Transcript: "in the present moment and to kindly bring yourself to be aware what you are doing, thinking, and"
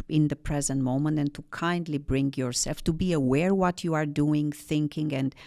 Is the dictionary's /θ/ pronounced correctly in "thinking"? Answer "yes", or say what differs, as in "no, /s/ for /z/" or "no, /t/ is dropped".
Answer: yes